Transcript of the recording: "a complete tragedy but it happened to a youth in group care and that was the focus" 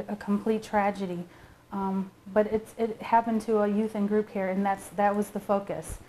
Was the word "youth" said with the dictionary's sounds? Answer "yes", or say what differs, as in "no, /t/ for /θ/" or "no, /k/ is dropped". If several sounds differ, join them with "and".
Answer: yes